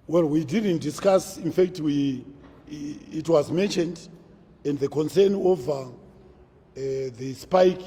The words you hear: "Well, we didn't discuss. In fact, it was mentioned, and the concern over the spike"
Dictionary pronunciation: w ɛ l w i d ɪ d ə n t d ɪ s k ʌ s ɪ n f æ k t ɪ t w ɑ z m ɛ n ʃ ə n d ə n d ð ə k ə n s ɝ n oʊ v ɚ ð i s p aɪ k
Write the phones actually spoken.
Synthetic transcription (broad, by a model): w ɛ l w i d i d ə n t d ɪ s k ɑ s ɪ n f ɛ k t ɪ t w ɑ z m ɛ n ʃ ə n d ə n d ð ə k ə n s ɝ n oʊ v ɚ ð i s p aɪ k